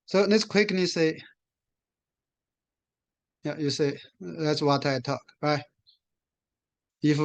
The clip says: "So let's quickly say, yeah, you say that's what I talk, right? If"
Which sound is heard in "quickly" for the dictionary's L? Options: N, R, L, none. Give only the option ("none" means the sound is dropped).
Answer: N